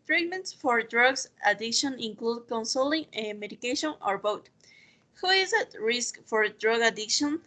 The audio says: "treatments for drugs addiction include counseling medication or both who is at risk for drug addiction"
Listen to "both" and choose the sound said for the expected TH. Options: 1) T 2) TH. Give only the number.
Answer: 1